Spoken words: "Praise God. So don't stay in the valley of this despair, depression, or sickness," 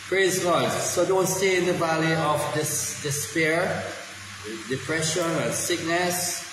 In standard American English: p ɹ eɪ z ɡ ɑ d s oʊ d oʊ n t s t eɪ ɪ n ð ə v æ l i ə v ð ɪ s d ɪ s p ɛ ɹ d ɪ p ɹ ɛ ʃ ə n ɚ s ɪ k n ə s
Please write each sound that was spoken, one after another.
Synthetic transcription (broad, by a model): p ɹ eɪ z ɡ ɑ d s oʊ d oʊ n t s t eɪ ɪ n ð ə v æ l i ə v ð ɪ s d ɪ s p ɛ ɹ d ɪ p ɹ ɛ ʃ ə n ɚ s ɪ k n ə s